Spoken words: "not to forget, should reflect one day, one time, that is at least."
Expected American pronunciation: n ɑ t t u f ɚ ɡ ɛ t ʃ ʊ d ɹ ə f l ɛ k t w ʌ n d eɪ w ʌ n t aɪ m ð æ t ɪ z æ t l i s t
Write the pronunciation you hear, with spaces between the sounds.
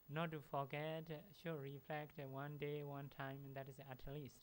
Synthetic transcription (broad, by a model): n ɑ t t u f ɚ ɡ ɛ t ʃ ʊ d ɹ ə f l ɛ k t w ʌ n d eɪ w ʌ n t aɪ m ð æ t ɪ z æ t l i s t